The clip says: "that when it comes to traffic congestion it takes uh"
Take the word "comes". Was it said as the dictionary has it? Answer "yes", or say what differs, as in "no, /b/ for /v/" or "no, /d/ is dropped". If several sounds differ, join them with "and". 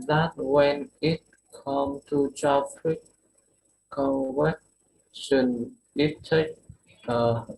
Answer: no, /z/ is dropped